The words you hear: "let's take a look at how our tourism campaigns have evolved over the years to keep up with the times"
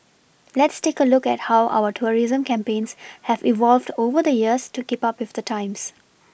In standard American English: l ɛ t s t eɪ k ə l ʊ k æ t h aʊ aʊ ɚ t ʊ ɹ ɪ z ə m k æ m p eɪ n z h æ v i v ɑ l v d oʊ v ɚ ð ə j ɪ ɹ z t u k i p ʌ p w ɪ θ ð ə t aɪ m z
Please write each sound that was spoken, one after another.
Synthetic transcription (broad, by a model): l ɛ t s t eɪ k ə l ʊ k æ t h aʊ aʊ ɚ t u ɹ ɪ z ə m k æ m p eɪ n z h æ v i v ɑ l v d oʊ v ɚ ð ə j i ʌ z t u k i p ʌ p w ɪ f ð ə t aɪ m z